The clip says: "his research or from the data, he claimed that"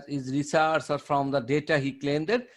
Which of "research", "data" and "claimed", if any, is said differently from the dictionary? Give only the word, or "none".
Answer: research